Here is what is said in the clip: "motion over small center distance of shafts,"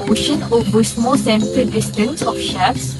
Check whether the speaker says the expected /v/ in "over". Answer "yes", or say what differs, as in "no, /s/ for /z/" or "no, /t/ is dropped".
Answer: no, /b/ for /v/